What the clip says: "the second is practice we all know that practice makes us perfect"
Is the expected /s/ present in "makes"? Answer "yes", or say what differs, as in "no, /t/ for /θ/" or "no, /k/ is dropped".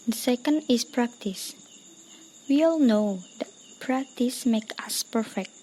no, /s/ is dropped